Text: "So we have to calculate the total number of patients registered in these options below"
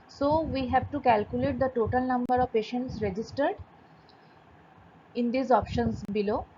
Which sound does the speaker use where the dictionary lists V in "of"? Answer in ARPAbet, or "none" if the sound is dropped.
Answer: V